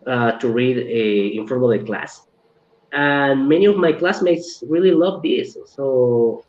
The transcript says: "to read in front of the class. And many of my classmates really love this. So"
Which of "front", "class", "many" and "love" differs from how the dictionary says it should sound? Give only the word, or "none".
front